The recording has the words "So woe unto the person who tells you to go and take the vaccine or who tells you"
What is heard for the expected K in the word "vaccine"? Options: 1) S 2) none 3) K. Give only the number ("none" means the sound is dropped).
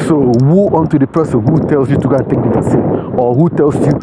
2